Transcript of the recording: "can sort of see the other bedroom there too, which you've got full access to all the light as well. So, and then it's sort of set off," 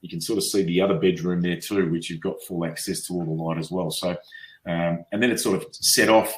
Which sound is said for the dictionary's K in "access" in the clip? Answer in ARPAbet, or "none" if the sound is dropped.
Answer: K